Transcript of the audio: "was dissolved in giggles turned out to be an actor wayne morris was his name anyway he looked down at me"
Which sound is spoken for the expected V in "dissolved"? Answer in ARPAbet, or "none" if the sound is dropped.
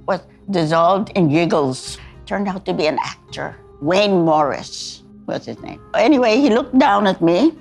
V